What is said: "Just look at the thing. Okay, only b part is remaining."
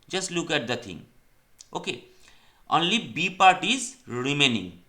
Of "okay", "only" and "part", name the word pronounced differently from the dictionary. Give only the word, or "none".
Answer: none